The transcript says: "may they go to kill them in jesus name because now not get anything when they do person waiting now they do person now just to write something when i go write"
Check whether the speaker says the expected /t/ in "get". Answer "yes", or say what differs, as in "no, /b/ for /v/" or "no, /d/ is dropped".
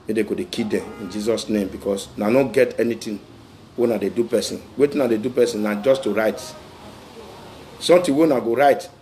yes